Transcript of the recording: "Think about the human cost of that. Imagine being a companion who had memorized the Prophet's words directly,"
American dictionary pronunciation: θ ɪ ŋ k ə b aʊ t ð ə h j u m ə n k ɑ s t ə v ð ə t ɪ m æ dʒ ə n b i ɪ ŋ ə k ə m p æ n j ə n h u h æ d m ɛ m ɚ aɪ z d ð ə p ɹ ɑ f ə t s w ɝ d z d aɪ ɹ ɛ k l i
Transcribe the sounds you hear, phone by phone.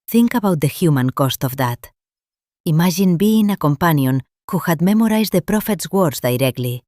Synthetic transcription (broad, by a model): θ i ŋ k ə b aʊ t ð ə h j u m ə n k ɑ s t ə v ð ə t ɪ m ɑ ʒ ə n b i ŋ ə k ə m p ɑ n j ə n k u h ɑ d m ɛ m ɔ aɪ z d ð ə p ɹ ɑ f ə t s w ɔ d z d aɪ ɹ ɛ k l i